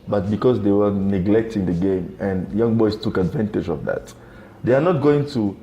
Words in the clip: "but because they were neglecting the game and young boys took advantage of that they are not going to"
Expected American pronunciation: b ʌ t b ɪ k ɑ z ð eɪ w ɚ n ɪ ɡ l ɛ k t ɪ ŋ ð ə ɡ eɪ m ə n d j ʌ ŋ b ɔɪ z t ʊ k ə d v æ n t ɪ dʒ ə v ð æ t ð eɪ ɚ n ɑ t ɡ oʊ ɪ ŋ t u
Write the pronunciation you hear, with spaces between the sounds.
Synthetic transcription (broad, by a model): b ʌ t b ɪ k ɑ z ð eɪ w ɚ n ɪ ɡ l ɛ k t ɪ ŋ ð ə ɡ eɪ m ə n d j ʌ ŋ b ɔɪ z t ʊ k ə d v æ n t ɪ dʒ ə v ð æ t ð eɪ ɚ n ɑ t ɡ oʊ ɪ ŋ t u